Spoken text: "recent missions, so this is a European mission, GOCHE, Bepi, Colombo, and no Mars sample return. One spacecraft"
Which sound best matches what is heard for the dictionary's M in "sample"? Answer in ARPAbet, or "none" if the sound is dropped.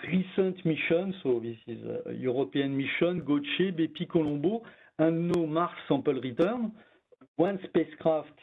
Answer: none